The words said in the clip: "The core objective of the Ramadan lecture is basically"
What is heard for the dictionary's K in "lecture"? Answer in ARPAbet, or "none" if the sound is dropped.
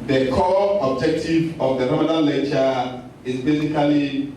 none